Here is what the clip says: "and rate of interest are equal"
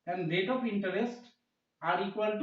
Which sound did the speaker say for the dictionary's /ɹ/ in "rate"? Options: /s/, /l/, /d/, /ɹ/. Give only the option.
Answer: /l/